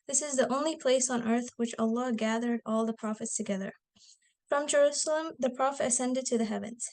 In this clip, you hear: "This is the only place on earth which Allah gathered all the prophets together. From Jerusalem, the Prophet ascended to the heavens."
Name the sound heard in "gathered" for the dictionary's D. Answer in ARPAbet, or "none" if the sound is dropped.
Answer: D